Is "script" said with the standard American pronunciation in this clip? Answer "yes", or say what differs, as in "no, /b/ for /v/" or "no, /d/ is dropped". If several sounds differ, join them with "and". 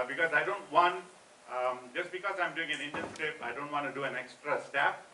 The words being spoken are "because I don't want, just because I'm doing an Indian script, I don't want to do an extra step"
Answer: no, /t/ is dropped